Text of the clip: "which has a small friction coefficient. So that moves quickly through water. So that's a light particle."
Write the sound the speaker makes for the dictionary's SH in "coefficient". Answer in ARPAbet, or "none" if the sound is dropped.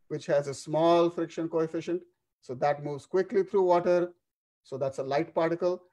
SH